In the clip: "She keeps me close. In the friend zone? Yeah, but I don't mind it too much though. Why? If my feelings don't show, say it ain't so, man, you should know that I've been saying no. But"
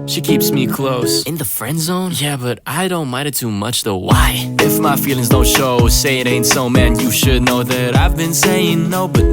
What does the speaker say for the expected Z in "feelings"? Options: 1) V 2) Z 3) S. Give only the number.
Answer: 2